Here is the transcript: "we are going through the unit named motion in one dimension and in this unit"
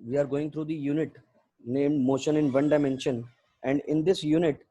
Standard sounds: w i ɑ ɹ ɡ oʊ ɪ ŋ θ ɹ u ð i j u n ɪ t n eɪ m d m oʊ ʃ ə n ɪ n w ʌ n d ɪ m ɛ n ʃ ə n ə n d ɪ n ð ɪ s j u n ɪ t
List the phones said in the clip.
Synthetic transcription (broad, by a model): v i ɑ ɹ ɡ oʊ ɪ ŋ t ɹ u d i j u n ɪ t n eɪ m d m oʊ ʃ ə n ɪ n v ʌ n d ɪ m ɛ n ʃ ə n ə n d ɪ n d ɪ s j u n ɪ t